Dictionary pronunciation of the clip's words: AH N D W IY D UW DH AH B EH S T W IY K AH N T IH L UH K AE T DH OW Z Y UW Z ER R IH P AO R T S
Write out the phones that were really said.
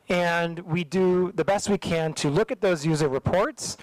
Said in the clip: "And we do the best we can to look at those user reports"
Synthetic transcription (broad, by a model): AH N W IY D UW DH AH B EH S T W IY K AH N T IH L UH K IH T DH OW Z Y UW Z ER R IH P AO R T S